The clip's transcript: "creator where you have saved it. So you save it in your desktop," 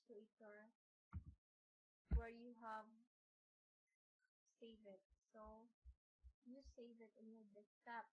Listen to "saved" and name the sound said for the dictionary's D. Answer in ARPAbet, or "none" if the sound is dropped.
none